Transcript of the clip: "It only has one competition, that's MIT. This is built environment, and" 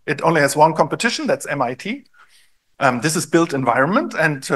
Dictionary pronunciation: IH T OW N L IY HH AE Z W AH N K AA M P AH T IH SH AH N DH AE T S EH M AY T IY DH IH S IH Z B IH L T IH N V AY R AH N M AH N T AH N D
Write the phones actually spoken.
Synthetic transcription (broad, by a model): IH T OW N L IY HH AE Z W AH N K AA M P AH T IH SH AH N DH AE T S EH M AY T IY DH IH S IH Z B IH L T IH N V AY R AH N M AH N T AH N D